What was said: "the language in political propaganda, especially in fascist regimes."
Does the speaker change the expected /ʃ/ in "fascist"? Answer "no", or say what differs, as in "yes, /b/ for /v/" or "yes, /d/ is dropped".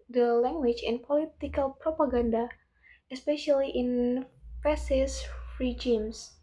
yes, /s/ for /ʃ/